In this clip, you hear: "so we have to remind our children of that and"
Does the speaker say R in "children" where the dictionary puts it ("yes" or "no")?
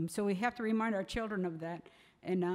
yes